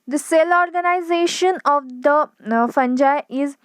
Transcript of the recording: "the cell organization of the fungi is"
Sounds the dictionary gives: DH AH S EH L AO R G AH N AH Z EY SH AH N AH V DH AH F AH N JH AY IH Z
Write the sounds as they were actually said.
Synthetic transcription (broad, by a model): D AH S EH L AO R G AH N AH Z EY SH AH N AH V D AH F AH N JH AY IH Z